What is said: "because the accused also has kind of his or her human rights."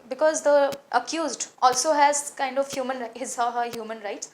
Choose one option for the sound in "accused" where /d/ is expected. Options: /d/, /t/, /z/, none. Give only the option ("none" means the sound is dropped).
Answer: /d/